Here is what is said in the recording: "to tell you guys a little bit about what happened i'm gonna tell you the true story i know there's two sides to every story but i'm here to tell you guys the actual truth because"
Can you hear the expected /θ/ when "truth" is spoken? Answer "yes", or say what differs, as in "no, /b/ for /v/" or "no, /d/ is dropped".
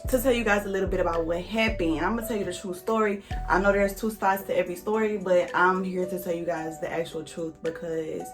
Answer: yes